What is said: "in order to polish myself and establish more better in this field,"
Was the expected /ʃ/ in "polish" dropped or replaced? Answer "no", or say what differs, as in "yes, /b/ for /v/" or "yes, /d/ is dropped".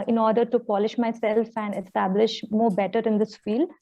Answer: no